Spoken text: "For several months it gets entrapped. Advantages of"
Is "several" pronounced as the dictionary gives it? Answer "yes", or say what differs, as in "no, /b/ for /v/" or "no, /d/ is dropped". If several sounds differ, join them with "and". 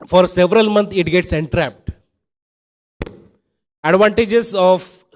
yes